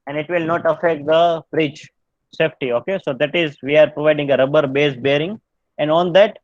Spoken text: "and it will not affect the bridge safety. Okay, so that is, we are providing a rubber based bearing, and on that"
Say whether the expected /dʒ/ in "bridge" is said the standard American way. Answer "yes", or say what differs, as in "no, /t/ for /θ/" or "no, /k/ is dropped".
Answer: no, /tʃ/ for /dʒ/